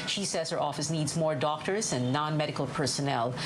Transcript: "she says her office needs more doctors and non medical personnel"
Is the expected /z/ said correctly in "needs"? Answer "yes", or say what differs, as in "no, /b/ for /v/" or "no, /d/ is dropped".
yes